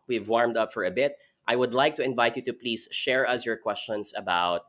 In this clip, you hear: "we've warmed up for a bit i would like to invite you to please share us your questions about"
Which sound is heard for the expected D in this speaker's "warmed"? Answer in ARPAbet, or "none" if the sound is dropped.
D